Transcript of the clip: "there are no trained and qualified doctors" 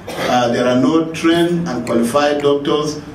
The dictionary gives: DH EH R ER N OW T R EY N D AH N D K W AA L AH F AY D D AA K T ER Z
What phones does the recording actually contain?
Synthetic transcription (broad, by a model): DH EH R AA N OW T R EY N AH N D K W AA L AH F AY D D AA K T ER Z